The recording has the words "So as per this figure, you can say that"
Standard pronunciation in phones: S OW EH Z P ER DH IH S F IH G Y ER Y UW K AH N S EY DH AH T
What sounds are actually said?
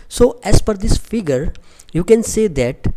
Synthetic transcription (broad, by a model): S OW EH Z F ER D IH S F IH G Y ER Y UW K AH N S EY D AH T